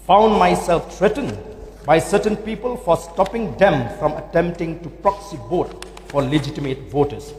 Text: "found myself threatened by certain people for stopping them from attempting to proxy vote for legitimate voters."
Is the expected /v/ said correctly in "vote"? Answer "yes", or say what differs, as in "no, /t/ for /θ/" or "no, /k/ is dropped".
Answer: no, /b/ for /v/